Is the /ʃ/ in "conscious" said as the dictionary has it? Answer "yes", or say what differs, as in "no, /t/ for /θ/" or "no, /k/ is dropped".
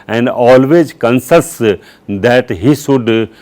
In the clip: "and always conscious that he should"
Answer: no, /s/ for /ʃ/